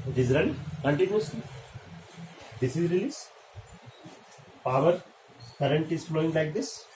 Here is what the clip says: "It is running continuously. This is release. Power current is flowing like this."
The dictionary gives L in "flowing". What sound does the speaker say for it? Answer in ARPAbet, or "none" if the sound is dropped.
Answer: L